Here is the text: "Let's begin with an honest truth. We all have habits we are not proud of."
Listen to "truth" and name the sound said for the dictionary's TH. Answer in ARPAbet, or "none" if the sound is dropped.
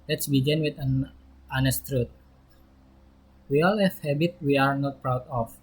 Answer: T